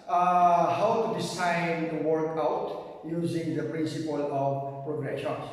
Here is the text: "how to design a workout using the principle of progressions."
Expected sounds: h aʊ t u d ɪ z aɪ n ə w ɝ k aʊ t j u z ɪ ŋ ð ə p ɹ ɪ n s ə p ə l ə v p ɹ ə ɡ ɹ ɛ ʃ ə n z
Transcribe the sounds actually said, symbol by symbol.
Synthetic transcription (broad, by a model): h aʊ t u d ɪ s aɪ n ə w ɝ k aʊ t j u z ɪ ŋ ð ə p ɹ ɪ n s ə p ə l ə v p ɹ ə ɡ ɹ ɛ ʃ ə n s